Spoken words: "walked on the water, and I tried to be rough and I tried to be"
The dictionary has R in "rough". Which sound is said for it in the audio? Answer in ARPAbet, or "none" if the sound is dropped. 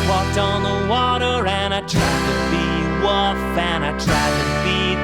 W